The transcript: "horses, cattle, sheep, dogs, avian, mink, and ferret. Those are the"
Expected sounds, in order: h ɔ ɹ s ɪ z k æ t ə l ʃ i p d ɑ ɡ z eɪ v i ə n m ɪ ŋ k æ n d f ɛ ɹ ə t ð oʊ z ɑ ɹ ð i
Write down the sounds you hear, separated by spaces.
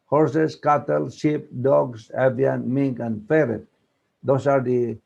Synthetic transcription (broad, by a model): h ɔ ɹ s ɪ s k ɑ t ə l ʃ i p d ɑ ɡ s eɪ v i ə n m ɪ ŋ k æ n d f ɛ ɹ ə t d oʊ s ɑ ɹ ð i